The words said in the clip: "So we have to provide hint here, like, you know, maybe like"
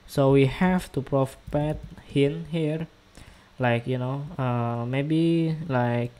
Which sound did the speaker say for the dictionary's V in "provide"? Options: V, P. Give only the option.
P